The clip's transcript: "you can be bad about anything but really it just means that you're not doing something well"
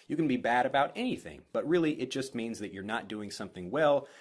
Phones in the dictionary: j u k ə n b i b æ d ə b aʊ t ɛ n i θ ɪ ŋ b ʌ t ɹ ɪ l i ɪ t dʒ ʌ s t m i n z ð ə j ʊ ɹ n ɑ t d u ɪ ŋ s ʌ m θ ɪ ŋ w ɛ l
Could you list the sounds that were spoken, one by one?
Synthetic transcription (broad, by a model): j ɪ k ə n b i b æ d ə b aʊ t ɛ n i θ ɪ ŋ b ʌ t ɹ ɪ l i ɪ t dʒ ʌ s t m i n z ð ə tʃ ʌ ɹ n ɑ t d u ɪ ŋ s ʌ m θ ɪ ŋ w ɛ l